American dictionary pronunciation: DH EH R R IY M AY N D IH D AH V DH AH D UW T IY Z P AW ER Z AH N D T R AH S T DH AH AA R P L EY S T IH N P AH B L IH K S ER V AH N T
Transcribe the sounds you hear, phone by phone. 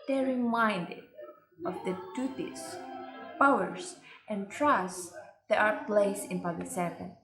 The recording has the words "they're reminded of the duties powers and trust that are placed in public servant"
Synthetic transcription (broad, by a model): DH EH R R IY M AY N D IH D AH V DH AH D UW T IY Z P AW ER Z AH N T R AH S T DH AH AA R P L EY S IH N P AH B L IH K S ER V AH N